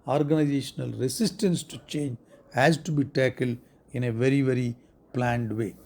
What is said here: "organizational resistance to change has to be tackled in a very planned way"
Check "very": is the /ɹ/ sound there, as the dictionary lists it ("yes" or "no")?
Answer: yes